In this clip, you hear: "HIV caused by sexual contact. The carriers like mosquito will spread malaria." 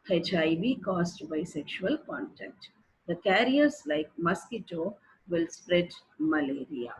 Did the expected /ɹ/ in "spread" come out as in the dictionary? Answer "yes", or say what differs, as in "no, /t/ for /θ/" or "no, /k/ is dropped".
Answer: yes